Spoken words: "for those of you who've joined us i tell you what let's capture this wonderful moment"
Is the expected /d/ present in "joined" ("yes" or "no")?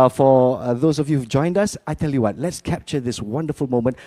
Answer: yes